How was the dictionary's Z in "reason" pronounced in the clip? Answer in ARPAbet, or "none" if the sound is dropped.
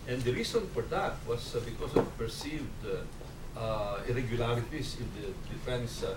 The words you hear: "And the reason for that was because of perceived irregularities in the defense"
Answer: S